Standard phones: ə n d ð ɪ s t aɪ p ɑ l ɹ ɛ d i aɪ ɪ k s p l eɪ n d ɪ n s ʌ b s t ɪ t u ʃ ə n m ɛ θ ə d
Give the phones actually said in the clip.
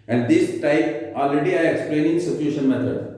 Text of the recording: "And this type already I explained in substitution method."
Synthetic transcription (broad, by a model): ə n d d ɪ s t aɪ p ɑ l ɹ ɛ d i aɪ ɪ k s p l eɪ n ɪ n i s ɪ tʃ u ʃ ə n m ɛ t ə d